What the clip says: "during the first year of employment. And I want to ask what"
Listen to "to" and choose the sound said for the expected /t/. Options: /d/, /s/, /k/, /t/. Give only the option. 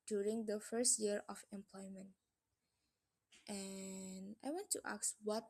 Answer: /t/